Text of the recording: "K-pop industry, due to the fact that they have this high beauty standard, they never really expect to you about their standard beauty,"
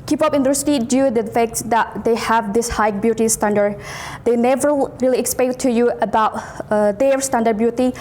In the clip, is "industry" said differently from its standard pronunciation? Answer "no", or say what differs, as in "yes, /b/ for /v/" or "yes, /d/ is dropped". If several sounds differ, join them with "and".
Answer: yes, /ɹ/ is dropped